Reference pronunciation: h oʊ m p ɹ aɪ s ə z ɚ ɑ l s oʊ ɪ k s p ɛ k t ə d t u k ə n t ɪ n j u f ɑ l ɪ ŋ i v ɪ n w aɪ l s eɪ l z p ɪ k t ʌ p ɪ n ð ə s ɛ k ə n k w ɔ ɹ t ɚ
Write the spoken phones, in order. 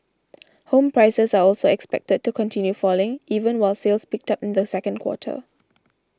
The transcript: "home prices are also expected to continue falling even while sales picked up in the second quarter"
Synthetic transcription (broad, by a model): h oʊ m p ɹ aɪ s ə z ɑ ɑ l s oʊ ɪ k s p ɛ k t ə d t u k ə n t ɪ n j u f ɑ l ɪ ŋ i v ɪ n w aɪ l s eɪ l s p ɪ k t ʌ p ɪ n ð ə s ɛ k ə n k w ɔ t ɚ